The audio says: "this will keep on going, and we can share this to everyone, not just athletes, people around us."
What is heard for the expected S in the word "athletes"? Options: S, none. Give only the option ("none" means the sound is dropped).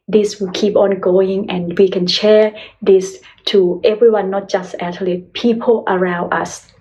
none